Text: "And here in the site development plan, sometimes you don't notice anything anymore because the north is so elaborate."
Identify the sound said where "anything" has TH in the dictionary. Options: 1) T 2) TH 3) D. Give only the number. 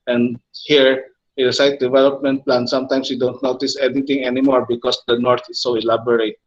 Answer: 1